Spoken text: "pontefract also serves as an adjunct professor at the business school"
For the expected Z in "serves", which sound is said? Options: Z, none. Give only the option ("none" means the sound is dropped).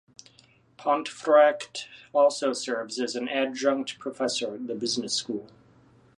Z